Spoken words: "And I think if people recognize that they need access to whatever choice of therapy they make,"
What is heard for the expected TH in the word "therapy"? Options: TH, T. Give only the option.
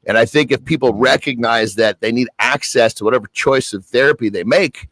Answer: TH